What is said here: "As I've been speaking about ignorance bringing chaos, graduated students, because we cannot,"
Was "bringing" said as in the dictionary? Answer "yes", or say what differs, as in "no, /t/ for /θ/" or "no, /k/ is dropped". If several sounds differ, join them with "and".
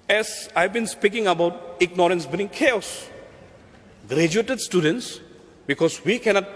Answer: no, /ɹ/ is dropped